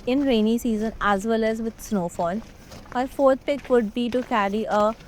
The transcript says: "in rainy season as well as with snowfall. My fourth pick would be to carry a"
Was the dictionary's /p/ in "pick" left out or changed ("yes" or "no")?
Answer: no